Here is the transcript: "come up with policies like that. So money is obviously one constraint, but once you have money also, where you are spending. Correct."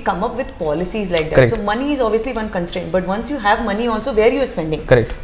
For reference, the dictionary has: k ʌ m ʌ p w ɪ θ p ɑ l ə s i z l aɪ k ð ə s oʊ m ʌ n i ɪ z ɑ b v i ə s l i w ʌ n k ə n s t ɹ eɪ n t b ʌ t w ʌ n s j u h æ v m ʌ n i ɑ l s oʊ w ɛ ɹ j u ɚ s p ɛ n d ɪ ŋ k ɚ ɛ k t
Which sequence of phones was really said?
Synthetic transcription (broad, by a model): k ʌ m ʌ p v ɪ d p ɑ l ə s i z l aɪ k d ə s oʊ m ʌ n i ɪ z ɑ b v i ə s l i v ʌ n k ə n s t ɹ eɪ n t b ʌ t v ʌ n s j u h æ v m ʌ n i ɑ l s oʊ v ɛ ɹ j u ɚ s p ɛ n d ɪ ŋ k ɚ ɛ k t